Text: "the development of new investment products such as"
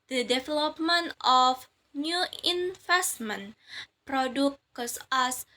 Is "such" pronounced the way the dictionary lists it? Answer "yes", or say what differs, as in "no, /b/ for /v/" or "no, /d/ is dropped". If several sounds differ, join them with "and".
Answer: no, /s/ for /tʃ/